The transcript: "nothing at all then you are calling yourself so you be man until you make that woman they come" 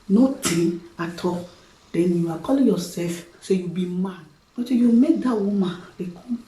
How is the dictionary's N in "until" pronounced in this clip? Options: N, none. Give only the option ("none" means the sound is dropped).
none